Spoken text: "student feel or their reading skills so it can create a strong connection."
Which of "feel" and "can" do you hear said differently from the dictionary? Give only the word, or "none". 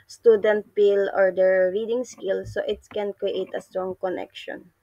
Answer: feel